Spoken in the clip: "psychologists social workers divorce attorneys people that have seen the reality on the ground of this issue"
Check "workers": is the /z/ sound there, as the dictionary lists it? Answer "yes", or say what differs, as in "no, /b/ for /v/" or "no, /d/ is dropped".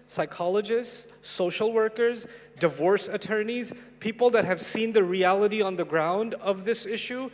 yes